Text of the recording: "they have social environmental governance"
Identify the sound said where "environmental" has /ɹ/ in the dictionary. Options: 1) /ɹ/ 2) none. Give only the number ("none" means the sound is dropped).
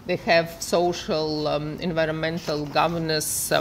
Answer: 1